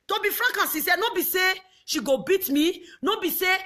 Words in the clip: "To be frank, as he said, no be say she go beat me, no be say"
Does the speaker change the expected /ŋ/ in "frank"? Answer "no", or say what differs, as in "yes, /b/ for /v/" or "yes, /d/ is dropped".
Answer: yes, /ŋ/ is dropped